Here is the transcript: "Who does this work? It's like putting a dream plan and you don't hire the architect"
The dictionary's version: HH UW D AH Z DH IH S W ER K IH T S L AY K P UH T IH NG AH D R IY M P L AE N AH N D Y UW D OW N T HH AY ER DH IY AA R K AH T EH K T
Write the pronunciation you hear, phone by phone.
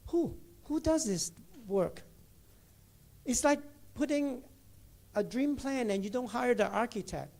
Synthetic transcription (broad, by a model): HH UW D AH Z DH IH S W ER K IH T S L AY K P UH T IH NG AH D R IY M P L AE N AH N Y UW D OW N T HH AY ER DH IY AA R K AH T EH K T